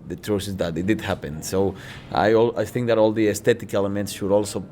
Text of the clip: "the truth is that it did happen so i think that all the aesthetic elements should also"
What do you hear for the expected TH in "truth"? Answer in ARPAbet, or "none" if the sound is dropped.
S